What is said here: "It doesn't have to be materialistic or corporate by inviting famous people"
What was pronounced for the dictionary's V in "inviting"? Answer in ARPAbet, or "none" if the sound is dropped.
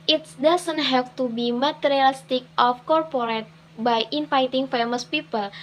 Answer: F